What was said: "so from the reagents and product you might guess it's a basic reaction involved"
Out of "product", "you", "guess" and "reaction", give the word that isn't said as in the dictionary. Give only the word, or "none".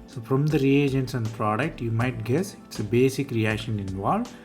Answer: none